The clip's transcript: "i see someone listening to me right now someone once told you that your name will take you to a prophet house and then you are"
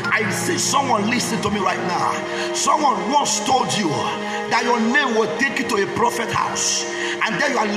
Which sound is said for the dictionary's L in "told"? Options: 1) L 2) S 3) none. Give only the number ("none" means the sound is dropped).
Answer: 1